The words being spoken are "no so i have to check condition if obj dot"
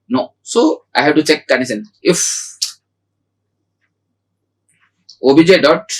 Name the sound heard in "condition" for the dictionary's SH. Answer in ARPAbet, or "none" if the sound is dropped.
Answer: S